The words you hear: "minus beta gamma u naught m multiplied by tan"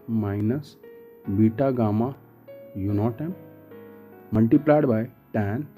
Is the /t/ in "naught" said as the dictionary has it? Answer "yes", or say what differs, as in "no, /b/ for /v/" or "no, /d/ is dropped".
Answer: yes